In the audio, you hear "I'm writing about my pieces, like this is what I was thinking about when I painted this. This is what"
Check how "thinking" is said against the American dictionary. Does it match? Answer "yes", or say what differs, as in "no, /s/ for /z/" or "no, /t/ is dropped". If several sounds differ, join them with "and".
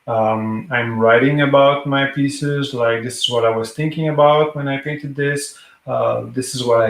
yes